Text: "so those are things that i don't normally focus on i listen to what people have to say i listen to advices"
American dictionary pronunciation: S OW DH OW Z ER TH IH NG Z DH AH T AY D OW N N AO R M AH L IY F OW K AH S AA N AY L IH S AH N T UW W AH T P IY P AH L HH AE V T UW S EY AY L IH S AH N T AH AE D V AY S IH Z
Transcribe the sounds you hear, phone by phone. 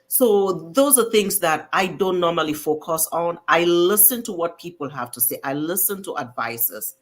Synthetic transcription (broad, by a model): S OW DH OW Z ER TH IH NG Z DH AH T AY D OW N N AO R M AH L IY F OW K AH S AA N AY L IH S AH N T UW W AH T P IY P AH L HH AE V T UW S EY AY L IH S AH N T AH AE D V AY S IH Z